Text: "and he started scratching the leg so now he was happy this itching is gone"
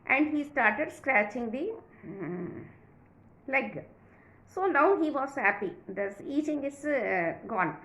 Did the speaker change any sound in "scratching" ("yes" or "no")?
no